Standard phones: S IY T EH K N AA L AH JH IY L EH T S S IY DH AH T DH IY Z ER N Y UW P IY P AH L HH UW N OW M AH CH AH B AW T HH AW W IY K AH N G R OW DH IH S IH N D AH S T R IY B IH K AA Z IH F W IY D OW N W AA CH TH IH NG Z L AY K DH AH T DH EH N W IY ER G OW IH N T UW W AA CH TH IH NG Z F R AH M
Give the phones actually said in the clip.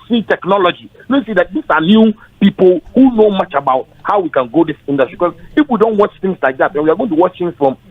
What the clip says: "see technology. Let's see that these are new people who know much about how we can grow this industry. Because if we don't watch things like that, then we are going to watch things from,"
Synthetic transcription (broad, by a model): S IY T EH K N AA L AH JH IY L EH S S IY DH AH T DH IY S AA N Y UW P IY P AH L HH UW N OW M AH CH AH B AW T HH AW W IY K AH N G OW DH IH S IH N D AH S T R IY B K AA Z IH F W IY D OW N W AA CH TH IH NG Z L AY K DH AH T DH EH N W IY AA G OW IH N T UW W AA CH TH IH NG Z F R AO M